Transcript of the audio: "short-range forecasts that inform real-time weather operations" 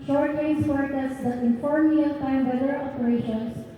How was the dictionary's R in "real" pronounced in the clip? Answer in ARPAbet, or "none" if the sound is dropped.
L